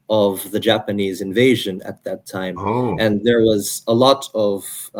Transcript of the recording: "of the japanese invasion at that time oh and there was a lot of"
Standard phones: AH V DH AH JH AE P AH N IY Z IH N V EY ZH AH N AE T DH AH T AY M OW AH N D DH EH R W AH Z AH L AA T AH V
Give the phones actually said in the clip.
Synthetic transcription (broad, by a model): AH V DH AH JH AE P AH N IY Z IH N V EY ZH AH N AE T DH AH T AY M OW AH N DH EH R W AH Z AH L AA T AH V